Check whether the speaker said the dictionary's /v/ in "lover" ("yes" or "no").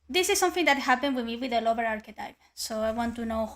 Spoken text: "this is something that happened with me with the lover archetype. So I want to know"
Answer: no